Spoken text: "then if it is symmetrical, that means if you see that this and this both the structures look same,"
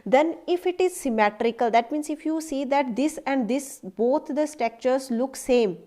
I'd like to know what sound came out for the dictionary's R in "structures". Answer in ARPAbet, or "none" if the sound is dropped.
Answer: none